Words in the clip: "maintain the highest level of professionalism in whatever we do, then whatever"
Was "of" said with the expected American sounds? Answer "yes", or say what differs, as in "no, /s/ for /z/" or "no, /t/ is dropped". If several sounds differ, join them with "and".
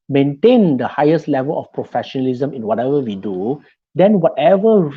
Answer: no, /f/ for /v/